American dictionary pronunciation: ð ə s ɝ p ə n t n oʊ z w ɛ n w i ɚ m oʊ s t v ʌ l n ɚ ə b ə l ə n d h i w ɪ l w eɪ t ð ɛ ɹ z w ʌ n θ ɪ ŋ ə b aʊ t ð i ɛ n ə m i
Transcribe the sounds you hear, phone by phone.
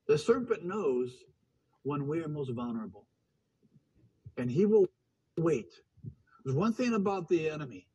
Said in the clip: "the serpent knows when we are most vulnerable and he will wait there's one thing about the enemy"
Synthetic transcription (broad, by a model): ð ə s ɝ p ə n n oʊ z w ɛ n w i ɚ m oʊ s t v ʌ l n ɚ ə b l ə n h i w ɪ l w eɪ t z w ʌ n θ ɪ ŋ ə b aʊ t ð i ɛ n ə m i